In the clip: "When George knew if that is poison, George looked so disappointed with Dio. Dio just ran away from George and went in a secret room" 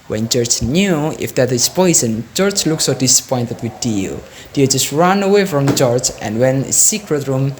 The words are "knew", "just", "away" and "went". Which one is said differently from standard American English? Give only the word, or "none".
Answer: went